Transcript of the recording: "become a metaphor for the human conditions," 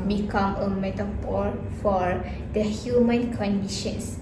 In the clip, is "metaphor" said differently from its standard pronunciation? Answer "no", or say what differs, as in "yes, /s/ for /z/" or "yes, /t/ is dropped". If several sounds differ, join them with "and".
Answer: yes, /p/ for /f/